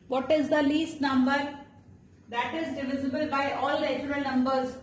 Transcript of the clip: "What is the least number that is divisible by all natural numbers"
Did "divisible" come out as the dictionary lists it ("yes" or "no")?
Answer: yes